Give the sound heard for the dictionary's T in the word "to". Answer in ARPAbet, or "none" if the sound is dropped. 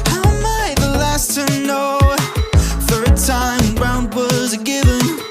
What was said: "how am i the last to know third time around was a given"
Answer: S